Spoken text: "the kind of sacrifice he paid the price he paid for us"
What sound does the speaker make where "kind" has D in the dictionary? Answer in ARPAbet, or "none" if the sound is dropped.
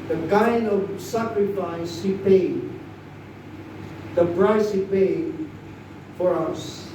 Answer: none